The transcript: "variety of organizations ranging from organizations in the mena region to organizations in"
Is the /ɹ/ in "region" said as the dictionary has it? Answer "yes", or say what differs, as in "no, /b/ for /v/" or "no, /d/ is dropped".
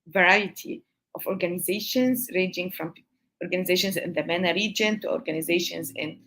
yes